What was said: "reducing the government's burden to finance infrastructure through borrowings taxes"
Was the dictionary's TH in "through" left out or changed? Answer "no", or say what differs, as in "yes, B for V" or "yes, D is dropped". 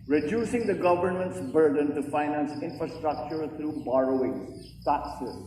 yes, T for TH